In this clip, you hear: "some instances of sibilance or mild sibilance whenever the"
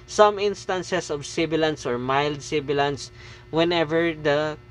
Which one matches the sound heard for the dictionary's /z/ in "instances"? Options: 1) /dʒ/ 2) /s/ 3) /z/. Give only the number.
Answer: 2